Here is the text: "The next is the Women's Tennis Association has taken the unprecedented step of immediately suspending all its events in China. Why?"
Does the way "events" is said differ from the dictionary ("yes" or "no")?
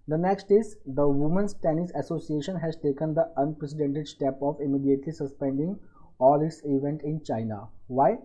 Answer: yes